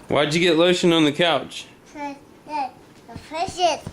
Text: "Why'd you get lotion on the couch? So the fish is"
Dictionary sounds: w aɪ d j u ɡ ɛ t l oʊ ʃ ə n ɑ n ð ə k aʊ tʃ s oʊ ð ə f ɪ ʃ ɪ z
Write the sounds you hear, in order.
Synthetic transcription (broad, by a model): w aɪ d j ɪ ɡ ɛ t l oʊ ʃ ə n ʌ n ð ə k aʊ tʃ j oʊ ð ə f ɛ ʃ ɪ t